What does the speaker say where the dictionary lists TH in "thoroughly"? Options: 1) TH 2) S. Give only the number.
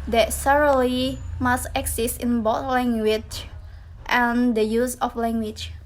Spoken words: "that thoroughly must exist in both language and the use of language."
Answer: 2